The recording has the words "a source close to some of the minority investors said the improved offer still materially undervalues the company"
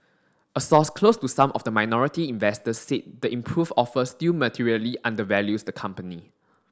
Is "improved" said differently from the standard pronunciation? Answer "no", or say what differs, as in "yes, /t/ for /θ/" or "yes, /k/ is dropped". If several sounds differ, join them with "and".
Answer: yes, /d/ is dropped